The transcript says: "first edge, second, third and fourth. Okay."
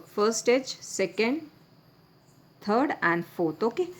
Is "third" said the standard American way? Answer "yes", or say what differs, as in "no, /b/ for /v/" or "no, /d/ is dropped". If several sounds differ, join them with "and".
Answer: no, /t/ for /θ/